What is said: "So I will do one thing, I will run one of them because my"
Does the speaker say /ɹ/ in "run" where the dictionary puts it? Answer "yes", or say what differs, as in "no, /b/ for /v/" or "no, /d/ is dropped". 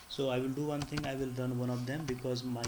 no, /l/ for /ɹ/